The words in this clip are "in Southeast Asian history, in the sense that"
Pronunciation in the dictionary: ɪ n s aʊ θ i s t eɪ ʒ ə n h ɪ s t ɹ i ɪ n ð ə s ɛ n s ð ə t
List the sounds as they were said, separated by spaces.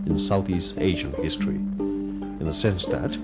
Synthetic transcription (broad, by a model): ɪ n s aʊ θ i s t eɪ ʒ ə n h ɪ s t ɹ i ɪ n ð ə s ɛ n s ð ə t